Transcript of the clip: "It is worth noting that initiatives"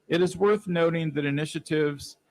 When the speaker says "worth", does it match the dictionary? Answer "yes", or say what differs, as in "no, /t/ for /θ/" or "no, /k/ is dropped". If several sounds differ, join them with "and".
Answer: yes